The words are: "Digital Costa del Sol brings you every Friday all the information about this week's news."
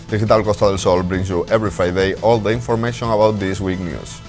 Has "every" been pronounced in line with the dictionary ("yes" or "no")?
no